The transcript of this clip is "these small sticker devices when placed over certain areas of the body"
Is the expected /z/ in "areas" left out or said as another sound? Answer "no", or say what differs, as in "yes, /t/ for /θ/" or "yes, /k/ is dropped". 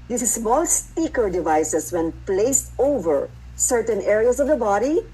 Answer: yes, /s/ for /z/